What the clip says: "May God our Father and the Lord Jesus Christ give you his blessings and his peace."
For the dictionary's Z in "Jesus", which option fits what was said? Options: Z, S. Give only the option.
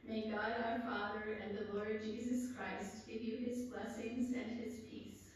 Z